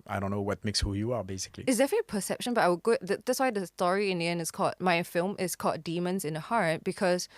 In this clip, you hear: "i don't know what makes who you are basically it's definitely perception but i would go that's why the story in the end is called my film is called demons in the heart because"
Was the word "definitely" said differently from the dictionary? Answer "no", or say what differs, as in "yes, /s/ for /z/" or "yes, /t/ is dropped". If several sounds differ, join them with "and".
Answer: yes, /n/ is dropped